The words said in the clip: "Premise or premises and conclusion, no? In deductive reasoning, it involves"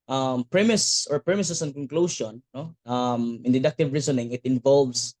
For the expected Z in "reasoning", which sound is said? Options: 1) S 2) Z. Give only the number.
1